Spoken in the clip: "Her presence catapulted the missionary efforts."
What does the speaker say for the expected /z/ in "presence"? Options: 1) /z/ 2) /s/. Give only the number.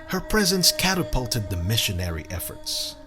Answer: 1